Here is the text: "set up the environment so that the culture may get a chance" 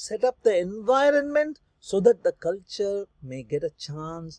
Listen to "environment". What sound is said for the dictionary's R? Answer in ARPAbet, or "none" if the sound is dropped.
R